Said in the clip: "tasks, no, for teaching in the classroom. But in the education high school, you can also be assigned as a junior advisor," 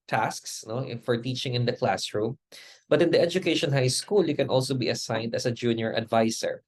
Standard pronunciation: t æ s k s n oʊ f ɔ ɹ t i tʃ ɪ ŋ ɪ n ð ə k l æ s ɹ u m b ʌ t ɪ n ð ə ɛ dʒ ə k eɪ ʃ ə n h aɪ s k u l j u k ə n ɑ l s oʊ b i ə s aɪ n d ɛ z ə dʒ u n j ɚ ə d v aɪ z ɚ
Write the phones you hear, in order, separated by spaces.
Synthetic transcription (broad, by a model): t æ s k s n oʊ f ɔ ɹ t i tʃ ɪ ŋ ɪ n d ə k l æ s ɹ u m b ʌ t ɪ n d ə ɛ dʒ ə k eɪ ʃ ə n h aɪ s k u l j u k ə n ɑ l s oʊ b i ə s aɪ n d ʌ s ə dʒ u n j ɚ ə d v aɪ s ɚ